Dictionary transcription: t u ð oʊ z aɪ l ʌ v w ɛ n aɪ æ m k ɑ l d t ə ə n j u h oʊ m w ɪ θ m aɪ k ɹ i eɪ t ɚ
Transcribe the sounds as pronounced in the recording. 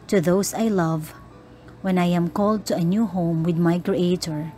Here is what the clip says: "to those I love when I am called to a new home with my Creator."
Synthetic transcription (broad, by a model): t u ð oʊ s aɪ l ʌ v w ɛ n aɪ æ m k ɑ l d t ə ə n j u h oʊ m w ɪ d m aɪ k ɹ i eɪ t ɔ